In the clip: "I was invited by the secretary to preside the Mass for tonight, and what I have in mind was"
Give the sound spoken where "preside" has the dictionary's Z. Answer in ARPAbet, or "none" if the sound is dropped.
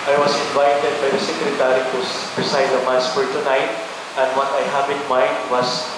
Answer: S